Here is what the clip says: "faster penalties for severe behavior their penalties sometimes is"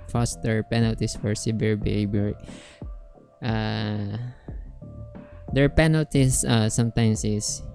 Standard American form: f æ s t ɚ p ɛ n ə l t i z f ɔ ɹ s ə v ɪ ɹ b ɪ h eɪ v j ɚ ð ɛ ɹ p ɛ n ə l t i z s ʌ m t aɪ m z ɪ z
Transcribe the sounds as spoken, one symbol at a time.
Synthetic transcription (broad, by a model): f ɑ s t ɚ p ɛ n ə l t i s f ɔ ɹ s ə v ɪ ɹ b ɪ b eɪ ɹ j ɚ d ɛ ɹ p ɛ n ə l t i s s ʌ m t aɪ m s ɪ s